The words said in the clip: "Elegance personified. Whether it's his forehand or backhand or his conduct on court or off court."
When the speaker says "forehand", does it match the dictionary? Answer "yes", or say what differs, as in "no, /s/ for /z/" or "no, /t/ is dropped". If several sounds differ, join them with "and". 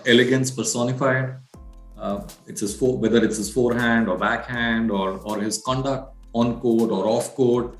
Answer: yes